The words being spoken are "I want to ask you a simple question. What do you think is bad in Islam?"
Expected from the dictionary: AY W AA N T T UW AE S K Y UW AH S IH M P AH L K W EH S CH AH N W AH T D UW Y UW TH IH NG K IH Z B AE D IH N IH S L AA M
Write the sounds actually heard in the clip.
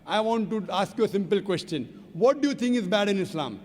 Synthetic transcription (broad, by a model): AY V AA N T T UW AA S K Y UW AH S IH M P AH L K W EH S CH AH N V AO T D UW Y UW T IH NG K IH Z B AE D IH N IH S L AA M